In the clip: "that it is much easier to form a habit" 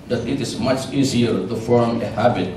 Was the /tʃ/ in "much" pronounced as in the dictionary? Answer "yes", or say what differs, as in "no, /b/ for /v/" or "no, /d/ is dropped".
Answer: yes